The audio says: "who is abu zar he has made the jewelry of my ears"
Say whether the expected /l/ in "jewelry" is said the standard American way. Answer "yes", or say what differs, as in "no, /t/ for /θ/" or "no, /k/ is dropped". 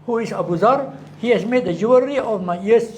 no, /l/ is dropped